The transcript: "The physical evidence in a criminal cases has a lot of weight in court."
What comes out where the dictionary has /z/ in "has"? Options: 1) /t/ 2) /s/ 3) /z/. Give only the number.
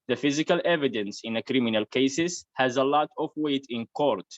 3